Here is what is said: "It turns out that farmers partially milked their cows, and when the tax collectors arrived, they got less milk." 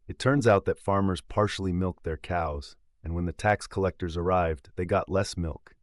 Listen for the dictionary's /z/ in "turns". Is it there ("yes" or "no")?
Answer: yes